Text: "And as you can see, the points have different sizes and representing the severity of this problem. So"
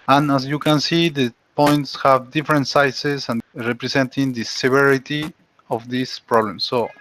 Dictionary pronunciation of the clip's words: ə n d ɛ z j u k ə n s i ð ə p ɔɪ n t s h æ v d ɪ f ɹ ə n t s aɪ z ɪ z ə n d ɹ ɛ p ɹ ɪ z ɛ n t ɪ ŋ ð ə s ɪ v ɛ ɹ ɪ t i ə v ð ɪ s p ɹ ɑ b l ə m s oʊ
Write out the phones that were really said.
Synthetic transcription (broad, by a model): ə n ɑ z j u k ə n s i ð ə p ɔɪ n t s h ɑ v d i f ɹ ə n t s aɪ s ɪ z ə n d ɹ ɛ p ɹ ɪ s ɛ n t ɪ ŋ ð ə s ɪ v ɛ ɹ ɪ t i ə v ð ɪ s p ɹ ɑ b l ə m s oʊ